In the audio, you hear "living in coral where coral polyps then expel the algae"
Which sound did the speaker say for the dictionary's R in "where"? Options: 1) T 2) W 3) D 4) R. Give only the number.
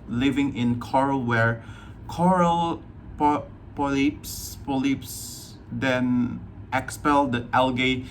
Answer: 4